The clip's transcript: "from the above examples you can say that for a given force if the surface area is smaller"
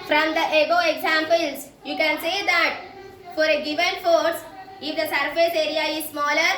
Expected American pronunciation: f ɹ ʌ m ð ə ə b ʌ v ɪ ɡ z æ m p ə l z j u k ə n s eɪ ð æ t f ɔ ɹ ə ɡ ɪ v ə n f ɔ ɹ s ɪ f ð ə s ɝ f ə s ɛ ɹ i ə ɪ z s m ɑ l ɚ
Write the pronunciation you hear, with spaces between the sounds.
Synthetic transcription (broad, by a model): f ɹ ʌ m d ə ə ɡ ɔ ɪ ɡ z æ m p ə l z j u k ə n s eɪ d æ t f ɔ ɹ ə ɡ ɪ v ə n f ɔ ɹ s ɪ f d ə s ɝ f ə s ɛ ɹ i ə ɪ z s m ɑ l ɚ